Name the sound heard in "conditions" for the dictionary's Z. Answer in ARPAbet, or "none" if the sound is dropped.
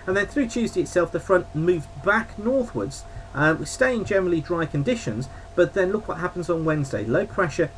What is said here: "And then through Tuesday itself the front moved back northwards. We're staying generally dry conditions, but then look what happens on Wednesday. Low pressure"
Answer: Z